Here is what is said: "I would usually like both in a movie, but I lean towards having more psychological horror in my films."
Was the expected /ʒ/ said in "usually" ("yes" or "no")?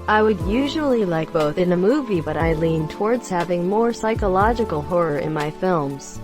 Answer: yes